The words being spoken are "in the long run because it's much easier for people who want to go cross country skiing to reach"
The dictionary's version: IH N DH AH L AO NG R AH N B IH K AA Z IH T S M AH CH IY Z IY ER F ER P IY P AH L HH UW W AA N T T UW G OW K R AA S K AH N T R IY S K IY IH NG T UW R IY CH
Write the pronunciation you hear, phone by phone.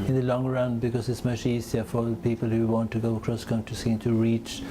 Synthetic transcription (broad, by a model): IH N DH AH L AO NG R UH N B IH K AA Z IH T S M AH CH IY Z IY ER F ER P IY P AH L HH UW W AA N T T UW G OW K R AA S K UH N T IY S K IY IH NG T UW R IY CH